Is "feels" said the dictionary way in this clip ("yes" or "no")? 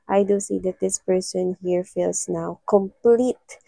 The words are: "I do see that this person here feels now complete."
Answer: no